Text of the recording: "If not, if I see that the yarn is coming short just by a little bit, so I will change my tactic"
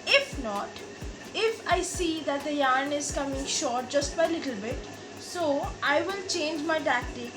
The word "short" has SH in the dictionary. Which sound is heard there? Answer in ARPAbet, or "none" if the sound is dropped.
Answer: SH